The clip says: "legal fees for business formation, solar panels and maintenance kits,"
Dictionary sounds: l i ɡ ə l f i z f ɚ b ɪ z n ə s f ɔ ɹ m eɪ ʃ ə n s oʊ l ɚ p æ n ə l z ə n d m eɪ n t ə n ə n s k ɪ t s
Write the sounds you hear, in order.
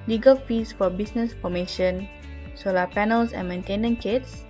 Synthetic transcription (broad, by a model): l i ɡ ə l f i s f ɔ b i s n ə s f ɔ m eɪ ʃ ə n s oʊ l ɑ p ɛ n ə l s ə n m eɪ n t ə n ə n k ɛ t s